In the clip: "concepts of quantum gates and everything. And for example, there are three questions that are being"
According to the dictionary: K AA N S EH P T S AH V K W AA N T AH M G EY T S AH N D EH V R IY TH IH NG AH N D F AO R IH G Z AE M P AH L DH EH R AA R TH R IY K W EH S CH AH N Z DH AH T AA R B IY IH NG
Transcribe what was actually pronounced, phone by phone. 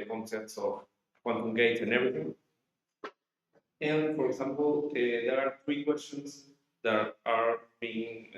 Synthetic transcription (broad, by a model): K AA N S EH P T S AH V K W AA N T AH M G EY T AH N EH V R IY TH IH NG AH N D F AO R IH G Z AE M P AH L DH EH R AA R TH R IY K W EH S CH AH N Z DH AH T AA R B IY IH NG